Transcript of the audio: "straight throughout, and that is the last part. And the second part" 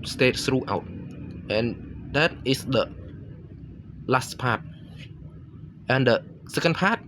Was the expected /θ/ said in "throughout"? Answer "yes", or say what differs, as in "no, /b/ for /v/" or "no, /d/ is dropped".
no, /s/ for /θ/